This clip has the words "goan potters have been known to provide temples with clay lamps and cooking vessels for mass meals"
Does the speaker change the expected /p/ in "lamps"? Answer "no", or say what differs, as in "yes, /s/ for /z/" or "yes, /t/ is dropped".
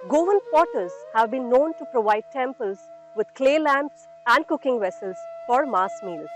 no